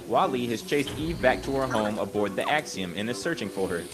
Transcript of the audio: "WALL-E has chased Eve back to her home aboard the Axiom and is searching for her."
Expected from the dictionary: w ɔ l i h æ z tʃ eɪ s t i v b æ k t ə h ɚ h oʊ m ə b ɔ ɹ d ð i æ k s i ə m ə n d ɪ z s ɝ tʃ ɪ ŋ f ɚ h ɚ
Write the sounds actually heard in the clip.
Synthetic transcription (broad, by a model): w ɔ l i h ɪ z tʃ eɪ s t i v b æ k t ə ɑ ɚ h oʊ m ə b ɔ ɹ d ð i æ k s i ə m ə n ɪ z s ɝ tʃ ɪ ŋ f ɚ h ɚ